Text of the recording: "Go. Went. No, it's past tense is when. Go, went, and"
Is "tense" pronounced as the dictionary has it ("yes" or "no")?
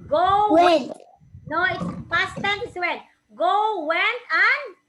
no